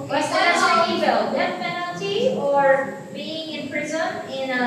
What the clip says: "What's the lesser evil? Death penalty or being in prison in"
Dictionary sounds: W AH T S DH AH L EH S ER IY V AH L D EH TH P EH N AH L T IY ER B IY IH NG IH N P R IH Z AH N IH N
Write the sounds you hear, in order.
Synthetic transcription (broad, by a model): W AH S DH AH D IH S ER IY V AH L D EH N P EH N L T IY ER B IY IH NG IH N P R IH Z AH N IH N